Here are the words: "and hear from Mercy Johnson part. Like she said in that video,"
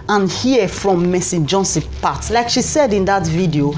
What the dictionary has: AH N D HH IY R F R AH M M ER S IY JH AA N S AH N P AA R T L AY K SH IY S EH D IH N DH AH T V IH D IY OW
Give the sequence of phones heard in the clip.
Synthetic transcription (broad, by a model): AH N HH IY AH F R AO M M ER S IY JH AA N S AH P AA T L AY K SH IY S EH D IH N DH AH T V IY D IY OW